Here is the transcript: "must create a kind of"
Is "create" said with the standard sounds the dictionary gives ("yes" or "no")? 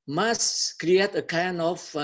yes